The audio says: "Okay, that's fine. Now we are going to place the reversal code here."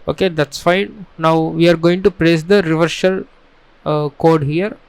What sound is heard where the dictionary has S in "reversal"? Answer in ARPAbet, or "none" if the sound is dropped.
SH